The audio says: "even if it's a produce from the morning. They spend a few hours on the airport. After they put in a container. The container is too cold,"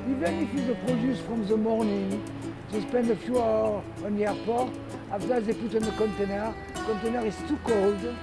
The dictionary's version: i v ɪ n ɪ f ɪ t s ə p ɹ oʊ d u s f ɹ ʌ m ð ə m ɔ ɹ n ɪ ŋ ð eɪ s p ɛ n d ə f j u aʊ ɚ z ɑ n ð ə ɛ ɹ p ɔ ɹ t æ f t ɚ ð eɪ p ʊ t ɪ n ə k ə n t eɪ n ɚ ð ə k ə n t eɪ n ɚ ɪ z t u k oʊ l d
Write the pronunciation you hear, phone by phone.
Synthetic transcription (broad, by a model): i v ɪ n ɪ f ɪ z ə p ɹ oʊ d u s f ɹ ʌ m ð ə m ɔ ɹ n ɪ ŋ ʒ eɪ s p ɛ n d ə f j u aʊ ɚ ɑ n ɛ ɹ p ɔ ɹ t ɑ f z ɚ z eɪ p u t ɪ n ə k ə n t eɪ n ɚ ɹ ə k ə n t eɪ n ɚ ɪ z t u k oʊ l d